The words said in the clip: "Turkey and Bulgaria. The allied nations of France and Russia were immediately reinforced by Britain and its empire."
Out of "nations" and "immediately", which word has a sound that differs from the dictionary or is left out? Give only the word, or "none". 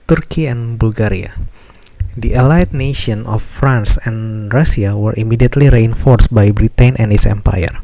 nations